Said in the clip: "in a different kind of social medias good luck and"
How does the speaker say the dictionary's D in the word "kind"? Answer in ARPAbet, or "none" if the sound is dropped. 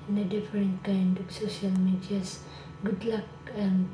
D